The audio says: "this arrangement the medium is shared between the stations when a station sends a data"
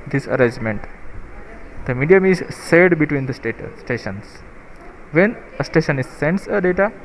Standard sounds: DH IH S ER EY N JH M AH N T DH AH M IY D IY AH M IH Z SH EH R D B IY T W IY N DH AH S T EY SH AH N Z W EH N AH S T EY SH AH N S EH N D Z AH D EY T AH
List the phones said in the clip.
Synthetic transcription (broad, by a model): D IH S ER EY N JH M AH N T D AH M IY D IY AH M IH Z S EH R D B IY T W IY N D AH S T EY SH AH N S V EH N AH S T EY SH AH N S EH N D S AH D EY T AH